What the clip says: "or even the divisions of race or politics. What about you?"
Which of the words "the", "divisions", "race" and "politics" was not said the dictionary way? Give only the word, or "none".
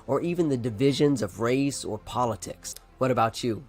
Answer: none